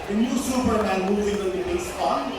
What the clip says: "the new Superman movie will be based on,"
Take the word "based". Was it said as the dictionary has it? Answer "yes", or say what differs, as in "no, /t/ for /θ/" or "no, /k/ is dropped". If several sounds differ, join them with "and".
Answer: no, /t/ is dropped